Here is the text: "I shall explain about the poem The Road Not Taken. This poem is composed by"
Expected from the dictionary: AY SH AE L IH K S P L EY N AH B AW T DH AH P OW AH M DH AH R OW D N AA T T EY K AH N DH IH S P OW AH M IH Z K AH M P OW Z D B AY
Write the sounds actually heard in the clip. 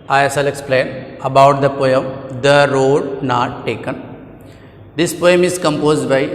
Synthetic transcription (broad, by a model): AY S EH L IH K S P L EY N AH B AW T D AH P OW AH M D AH R OW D N AA T T EY K AH N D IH S P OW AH M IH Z K AH M P OW Z D B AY